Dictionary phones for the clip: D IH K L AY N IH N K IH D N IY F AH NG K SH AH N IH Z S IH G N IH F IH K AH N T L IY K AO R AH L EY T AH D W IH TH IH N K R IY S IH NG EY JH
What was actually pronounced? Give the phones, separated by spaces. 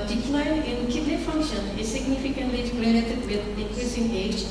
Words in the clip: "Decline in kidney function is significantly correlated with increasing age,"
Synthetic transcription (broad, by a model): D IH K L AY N IH N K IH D L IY F AH NG K SH AH N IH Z S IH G N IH F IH K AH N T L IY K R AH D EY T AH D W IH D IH K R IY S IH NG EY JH